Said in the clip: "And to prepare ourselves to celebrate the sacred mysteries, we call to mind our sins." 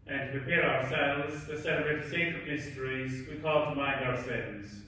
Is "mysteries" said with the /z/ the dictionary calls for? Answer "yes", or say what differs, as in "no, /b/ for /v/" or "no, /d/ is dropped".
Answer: yes